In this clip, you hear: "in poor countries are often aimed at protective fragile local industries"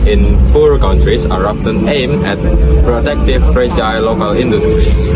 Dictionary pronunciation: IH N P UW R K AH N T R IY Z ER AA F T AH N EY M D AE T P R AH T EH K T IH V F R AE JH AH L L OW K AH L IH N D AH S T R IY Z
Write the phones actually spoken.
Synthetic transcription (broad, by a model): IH N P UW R K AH N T R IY S ER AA P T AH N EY M EH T P R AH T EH K T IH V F R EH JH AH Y L OW K AH L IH N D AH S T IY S